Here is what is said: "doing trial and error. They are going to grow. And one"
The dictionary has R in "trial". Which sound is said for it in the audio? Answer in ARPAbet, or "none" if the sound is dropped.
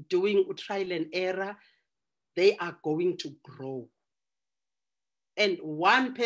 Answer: R